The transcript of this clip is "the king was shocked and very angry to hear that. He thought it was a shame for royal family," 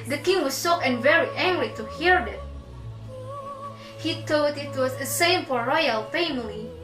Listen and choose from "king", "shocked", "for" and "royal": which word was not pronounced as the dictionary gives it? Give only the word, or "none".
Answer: shocked